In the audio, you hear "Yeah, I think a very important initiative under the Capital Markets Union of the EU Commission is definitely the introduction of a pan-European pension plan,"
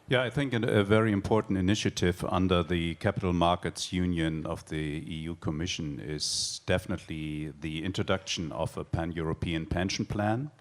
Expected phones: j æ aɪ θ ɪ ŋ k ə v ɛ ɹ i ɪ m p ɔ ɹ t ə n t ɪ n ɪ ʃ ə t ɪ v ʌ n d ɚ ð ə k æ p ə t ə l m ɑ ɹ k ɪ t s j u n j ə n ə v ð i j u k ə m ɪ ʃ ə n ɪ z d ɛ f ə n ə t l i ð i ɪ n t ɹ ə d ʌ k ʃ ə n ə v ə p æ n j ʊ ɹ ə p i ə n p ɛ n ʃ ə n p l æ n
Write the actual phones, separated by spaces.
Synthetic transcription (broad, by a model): j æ aɪ θ ɪ ŋ k ə v ɛ ɹ i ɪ m p ɔ ɹ t n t ɪ n ɪ ʃ ə t ɪ v ʌ n d ɚ ð ə k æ p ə t l m ɑ ɹ k ɪ t s j u n j ə n ə v ð i j u k ə m ɪ ʃ ə n ɪ z d ɛ f ə n ə t l i ð i ɪ n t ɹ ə d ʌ k ʃ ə n ə v ə p æ n j ʊ ɹ ə p i ə n p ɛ n ʃ n p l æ n